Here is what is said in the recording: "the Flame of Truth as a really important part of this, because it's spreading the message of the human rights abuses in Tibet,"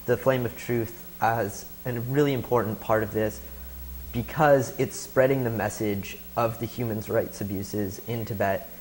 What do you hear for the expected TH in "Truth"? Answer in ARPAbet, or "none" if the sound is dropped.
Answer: TH